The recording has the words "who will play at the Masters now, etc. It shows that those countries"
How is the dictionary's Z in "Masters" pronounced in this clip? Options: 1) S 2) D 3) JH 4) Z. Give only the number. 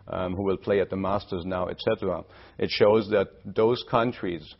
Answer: 4